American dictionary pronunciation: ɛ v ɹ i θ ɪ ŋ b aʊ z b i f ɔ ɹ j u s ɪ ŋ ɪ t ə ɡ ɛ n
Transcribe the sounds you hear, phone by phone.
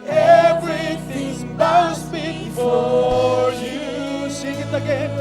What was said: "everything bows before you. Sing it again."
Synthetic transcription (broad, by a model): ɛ v ɹ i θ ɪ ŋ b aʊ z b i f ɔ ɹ j u ʃ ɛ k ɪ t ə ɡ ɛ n